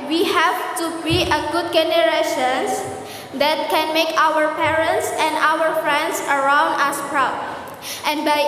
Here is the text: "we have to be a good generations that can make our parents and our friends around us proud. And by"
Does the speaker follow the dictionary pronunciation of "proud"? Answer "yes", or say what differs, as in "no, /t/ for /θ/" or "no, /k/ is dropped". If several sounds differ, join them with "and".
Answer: no, /d/ is dropped